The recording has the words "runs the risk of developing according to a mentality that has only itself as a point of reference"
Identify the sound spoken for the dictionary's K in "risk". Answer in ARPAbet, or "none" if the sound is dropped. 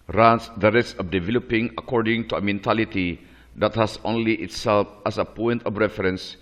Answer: none